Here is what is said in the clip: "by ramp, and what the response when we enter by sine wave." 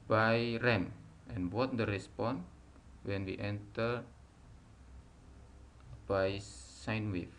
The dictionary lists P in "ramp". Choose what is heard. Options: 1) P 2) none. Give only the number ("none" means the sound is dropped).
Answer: 2